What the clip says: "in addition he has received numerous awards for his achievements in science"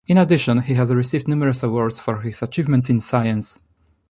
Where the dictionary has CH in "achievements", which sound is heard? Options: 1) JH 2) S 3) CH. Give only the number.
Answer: 3